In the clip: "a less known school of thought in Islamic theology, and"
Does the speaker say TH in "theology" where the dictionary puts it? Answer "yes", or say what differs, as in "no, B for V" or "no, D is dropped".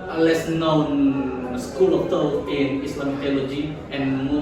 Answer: no, T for TH